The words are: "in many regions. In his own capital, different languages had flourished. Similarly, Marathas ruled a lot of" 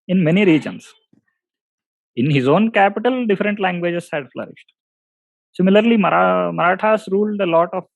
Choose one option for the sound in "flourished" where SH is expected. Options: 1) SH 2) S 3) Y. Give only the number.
1